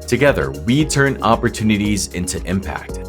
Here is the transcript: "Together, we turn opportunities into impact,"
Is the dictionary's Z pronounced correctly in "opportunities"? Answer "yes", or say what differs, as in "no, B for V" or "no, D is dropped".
yes